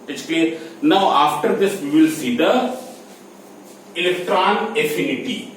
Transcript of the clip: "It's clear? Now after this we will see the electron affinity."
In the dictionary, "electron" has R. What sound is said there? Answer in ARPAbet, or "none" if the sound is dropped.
R